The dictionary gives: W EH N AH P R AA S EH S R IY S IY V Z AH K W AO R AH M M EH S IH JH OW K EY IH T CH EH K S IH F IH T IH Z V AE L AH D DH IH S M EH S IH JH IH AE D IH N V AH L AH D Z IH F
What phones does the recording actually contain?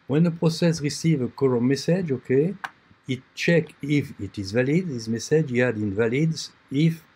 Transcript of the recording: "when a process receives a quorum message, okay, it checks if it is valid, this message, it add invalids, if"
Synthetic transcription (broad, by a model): W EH N AH P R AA S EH S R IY S IY V AH K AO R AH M M EH S IH JH OW K EY IH T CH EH K IH F IH T IH Z V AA L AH D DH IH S M EH S IH JH IH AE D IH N V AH L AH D S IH F